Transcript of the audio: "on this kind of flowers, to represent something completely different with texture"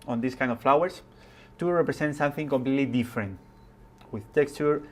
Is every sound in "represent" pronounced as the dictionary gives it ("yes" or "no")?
no